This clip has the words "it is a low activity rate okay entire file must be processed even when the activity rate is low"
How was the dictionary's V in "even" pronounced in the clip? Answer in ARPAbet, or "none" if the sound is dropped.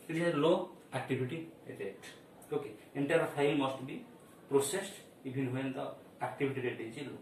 B